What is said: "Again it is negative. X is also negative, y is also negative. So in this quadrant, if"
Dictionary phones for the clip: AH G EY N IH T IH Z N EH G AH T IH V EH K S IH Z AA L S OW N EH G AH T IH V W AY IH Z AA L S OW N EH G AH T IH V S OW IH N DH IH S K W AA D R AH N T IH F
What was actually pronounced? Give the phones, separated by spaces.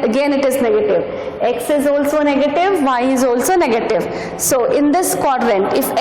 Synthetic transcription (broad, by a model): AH G EY N IH T IH Z N EH G AH T IH V EH K S IH Z AA L S OW N EH G AH T IH V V AY IH Z AA L S OW N EH G AH T IH V S OW IH N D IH S K W AA D R AH N T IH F